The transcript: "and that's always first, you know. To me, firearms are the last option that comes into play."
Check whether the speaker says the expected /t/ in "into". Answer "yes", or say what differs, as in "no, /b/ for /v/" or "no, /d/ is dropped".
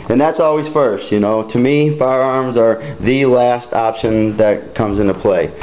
yes